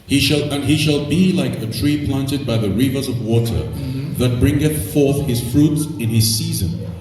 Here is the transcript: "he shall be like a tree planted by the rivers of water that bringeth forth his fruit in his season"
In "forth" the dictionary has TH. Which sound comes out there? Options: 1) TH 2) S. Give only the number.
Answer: 1